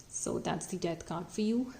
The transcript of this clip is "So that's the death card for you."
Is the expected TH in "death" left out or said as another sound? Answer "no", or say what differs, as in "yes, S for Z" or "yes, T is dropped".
yes, T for TH